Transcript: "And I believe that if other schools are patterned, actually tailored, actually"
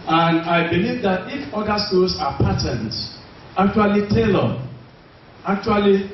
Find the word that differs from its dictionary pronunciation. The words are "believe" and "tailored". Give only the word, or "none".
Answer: tailored